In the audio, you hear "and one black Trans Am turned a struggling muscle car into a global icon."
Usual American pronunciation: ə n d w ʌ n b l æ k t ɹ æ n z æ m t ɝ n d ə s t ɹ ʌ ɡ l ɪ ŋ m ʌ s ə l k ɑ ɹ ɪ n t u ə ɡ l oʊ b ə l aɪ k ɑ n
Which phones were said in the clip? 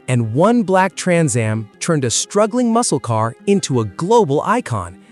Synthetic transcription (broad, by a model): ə n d w ʌ n b l æ k t ɹ æ n z æ m t ɝ n d ə s t ɹ ʌ ɡ l ɪ ŋ m ʌ s l k ɑ ɹ ɪ n t u ə ɡ l oʊ b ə l aɪ k ɑ n